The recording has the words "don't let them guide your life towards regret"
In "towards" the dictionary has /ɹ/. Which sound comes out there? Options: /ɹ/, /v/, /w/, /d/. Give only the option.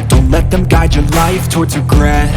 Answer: /ɹ/